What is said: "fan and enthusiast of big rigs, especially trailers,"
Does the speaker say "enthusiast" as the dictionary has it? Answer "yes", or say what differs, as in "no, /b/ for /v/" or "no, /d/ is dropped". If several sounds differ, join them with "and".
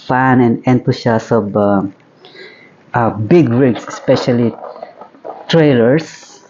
no, /t/ is dropped